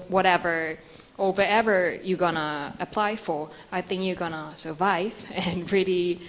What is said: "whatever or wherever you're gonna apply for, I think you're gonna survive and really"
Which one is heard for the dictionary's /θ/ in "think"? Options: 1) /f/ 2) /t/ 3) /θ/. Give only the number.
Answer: 3